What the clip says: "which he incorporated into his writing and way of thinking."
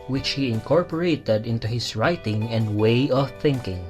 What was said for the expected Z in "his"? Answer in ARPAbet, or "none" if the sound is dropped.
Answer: S